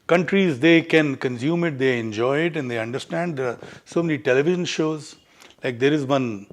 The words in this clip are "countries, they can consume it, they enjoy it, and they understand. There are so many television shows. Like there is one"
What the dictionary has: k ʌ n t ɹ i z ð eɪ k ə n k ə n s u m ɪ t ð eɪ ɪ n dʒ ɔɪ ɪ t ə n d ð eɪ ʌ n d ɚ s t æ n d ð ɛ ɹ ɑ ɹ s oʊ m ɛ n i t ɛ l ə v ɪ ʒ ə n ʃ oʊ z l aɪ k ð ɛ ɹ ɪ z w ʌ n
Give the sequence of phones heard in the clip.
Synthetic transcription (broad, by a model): k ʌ n t ɹ i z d eɪ k ə n k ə n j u m ɪ t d eɪ ɪ n dʒ ɔɪ ɪ t ə n d eɪ ʌ n d ɚ s t æ n d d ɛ ɹ ɑ ɹ s oʊ m ɛ n i t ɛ l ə v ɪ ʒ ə n ʃ oʊ z l aɪ k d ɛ ɹ ɪ z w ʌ n